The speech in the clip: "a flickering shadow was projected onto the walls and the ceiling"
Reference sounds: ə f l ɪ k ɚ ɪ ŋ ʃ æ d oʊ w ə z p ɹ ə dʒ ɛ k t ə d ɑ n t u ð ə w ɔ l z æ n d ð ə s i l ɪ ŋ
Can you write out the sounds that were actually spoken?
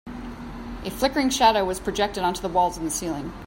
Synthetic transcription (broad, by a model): ə f l ɪ k ɚ ɪ ŋ ʃ æ d oʊ w ə z p ɹ ə dʒ ɛ k t ə d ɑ n t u ð ə w ɔ l z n ð ə s i l ɪ ŋ